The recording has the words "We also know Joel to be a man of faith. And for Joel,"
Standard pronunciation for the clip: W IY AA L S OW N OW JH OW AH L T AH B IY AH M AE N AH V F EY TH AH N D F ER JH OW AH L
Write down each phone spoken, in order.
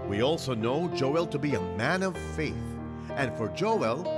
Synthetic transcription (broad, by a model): W IY AA L S OW N OW JH OW AH L T AH B IY AH M AE N AH V F EY TH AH N F ER JH OW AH L